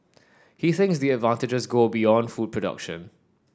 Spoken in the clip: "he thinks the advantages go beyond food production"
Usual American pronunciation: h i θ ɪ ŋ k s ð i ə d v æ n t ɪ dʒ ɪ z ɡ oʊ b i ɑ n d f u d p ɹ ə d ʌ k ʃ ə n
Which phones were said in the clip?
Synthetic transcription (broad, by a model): h i θ ɪ ŋ k s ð i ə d v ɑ n t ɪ dʒ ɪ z ɡ oʊ b i ɑ n d f u d p ɹ ə d ʌ k ʃ ə n